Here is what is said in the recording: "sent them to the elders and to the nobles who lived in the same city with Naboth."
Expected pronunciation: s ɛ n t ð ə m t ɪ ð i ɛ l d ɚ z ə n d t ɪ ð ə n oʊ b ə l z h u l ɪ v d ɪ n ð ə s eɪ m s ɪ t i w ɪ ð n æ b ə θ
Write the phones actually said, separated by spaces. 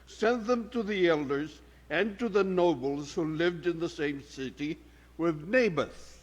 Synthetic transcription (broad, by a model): s ɛ n ð ə m t ɪ ð i ɛ l d ɚ z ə n t ɪ ð ə n oʊ b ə l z h u l ɪ v d ɪ n ð ə s eɪ m s ɪ t i w ɪ ð n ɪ b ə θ